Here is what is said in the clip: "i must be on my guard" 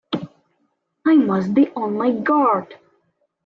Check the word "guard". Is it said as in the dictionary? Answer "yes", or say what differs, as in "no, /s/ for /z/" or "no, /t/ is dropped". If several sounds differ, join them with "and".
yes